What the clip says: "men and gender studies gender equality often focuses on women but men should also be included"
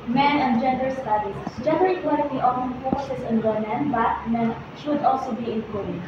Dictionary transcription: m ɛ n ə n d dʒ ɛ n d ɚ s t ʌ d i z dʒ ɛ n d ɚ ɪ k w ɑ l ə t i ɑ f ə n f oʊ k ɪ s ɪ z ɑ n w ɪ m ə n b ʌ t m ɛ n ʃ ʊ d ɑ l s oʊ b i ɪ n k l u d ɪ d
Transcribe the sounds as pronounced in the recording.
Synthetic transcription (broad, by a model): m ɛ n ə n d dʒ ɛ n d ɚ s t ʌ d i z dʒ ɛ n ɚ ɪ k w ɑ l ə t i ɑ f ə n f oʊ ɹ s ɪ s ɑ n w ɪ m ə n b ʌ t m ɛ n ʃ ʊ d ɑ l s oʊ b i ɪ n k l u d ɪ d